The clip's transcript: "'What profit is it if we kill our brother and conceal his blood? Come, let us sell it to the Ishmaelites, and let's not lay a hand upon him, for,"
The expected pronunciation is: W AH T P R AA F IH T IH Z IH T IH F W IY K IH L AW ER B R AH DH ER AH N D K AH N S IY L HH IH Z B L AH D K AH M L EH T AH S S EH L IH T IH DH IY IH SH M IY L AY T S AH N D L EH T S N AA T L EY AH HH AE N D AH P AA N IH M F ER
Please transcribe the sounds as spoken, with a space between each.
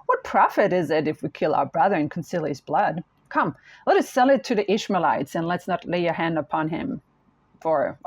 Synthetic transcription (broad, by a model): W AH T P R AA F IH T IH Z IH T IH F W IY K IH L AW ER B R AH DH ER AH N K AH N S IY L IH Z B L AH D K AH M L EH T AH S S EH L IH T IH DH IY IH SH M IY L AY T S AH N L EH T S N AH T L EY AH HH AE N D AH P AA N IH M F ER